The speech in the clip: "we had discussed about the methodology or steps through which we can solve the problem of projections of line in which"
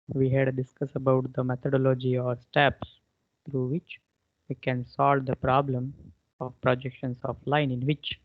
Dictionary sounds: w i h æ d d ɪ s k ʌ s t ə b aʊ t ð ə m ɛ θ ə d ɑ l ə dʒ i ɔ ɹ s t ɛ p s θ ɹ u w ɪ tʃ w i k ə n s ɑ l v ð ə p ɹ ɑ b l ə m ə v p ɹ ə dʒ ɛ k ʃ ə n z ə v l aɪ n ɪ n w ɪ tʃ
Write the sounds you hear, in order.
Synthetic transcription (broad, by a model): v i h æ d d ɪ s k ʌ s ə b aʊ t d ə m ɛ t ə d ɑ l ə dʒ i ɔ ɹ s t ɛ p s t ɹ u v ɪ tʃ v i k ə n s ɑ l v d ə p ɹ ɑ b l ə m ə v p ɹ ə dʒ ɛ k ʃ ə n s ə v l aɪ n ɪ n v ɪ tʃ